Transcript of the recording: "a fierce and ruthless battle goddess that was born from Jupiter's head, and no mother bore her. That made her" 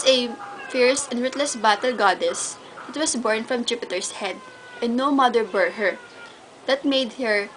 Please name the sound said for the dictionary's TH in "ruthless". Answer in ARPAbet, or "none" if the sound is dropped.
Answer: T